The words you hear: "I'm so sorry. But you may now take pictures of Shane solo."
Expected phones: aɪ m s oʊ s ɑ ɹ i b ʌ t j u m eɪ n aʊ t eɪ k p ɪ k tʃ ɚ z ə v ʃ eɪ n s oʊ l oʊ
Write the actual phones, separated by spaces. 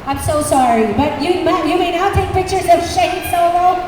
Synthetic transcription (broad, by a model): aɪ m s oʊ s ɑ ɹ i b ʌ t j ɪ m eɪ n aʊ t eɪ k p ɪ k tʃ ɚ z ə v ʃ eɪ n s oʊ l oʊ